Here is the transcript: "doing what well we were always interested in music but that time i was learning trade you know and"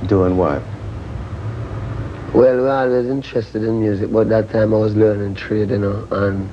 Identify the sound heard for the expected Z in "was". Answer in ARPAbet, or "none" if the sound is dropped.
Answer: Z